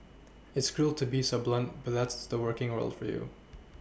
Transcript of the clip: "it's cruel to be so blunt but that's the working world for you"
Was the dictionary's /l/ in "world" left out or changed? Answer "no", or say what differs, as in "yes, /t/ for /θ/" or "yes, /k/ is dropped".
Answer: no